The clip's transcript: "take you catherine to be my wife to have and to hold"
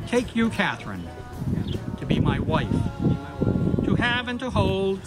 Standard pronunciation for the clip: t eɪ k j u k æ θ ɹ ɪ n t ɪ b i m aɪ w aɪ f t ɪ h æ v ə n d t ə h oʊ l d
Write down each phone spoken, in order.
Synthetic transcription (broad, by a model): t eɪ k j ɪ k æ θ ɹ ɪ n t ɪ b i m aɪ w aɪ f t ɪ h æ v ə n t ə h oʊ l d